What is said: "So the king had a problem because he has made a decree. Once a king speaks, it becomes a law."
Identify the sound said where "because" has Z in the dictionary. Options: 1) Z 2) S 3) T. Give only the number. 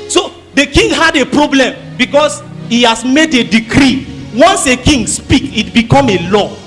2